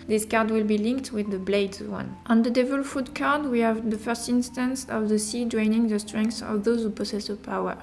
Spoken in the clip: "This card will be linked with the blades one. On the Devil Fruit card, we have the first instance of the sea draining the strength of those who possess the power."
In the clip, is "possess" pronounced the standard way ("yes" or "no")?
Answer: no